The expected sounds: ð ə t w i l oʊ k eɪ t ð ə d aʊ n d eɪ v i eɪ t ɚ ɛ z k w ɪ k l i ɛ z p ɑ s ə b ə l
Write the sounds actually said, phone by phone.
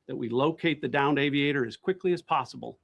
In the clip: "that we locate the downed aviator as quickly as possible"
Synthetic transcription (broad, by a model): ð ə t w i l oʊ k eɪ t ð ə d aʊ n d eɪ v i eɪ t ɚ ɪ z k w ɪ k l i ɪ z p ɑ s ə b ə l